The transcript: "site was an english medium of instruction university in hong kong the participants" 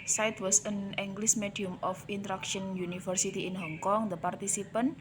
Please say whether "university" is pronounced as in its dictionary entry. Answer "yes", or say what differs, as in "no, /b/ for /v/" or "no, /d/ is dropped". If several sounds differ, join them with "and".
no, /f/ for /v/